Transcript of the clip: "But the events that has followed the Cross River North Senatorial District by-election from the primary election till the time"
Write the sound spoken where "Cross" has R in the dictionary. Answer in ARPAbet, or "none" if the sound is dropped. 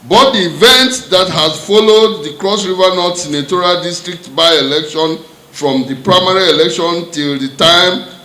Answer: R